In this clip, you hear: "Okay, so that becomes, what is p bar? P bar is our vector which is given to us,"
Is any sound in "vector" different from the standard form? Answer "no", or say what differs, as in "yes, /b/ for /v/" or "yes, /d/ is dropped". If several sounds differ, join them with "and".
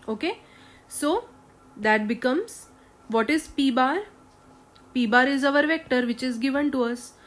no